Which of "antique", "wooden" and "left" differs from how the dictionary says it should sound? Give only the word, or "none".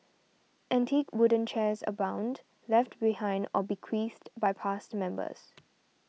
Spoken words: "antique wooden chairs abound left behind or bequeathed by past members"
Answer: none